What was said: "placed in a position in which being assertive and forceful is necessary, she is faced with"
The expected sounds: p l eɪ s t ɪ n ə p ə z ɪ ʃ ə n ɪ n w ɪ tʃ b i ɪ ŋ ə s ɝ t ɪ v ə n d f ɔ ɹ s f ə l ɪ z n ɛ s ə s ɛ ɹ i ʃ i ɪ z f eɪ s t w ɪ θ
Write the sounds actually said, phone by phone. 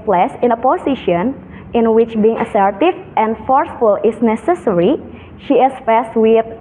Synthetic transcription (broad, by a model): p l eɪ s ɪ n ə p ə s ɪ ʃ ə n ɪ n w ɪ tʃ b i ɪ ŋ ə s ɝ t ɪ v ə n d f ɔ ɹ s f ə l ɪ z n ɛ s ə s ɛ ɹ i ʃ i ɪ s f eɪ s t w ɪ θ